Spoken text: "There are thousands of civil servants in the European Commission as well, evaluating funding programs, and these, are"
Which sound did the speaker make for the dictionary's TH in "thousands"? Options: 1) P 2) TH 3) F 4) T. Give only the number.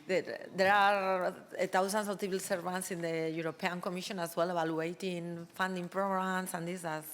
4